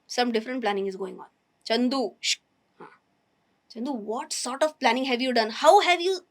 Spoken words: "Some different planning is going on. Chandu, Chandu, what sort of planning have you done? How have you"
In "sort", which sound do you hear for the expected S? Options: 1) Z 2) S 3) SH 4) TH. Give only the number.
2